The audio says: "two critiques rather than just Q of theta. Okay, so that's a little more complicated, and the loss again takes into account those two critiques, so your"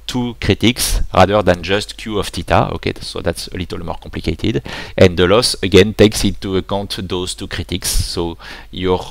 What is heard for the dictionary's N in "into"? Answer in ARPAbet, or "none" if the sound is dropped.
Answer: none